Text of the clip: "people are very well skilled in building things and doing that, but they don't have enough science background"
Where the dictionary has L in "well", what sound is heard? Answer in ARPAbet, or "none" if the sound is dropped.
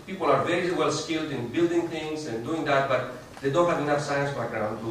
L